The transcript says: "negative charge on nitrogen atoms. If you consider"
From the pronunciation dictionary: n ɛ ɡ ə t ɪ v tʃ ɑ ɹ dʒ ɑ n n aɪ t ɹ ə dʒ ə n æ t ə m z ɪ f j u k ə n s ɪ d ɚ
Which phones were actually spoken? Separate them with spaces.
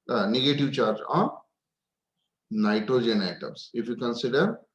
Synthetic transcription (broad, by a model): n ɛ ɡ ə t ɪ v tʃ ɑ ɹ dʒ ɑ n n aɪ t ɹ ə dʒ ə n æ t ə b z ɪ f j u k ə n s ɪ d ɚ